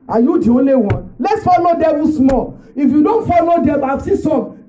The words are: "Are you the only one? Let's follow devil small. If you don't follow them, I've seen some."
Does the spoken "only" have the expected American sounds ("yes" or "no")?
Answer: no